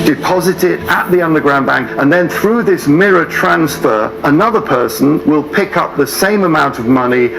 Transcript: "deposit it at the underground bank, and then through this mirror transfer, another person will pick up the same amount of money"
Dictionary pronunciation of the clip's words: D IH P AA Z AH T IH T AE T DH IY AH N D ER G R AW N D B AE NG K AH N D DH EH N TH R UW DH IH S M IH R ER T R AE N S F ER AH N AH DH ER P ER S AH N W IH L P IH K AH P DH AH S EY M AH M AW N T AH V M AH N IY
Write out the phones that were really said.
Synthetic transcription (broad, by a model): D IH P AA Z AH T IH T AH T DH IY AH N D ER G R AW N B AE NG K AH N DH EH N TH R UW DH IH S M IH R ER T R AE N S F ER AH N AH DH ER P ER S AH N W IH L P IH K AH P DH AH S EY M AH M AW N T AH V M AH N IY